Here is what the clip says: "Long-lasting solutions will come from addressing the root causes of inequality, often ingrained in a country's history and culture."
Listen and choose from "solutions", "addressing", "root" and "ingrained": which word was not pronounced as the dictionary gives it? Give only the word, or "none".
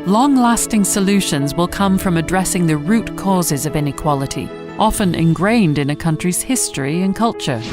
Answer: none